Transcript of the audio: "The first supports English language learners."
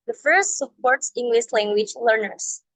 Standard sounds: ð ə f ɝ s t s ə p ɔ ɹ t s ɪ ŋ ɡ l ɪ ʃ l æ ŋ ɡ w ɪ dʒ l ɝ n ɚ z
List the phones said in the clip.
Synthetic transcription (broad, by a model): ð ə f ɝ s t s ə p ɔ ɹ t s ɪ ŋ ɡ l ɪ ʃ l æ ŋ ɡ w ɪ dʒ l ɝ n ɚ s